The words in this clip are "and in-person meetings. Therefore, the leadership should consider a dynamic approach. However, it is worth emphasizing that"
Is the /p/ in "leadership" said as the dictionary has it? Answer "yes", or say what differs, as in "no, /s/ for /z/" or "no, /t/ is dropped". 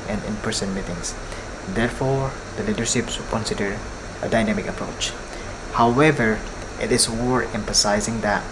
yes